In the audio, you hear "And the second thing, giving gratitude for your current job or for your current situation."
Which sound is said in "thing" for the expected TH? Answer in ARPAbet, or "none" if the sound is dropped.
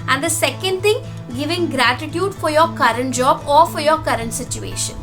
T